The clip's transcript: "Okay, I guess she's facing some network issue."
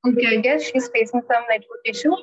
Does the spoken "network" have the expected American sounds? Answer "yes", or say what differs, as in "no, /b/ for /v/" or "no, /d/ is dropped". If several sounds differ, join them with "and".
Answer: no, /k/ is dropped